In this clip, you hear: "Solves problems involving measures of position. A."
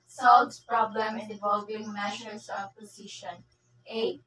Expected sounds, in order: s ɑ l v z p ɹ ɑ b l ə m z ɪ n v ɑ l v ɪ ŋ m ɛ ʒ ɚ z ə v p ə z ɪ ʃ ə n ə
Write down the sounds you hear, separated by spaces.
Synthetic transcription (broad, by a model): s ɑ l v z p ɹ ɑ b l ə m ɪ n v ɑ l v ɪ ŋ m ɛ ʃ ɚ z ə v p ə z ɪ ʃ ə n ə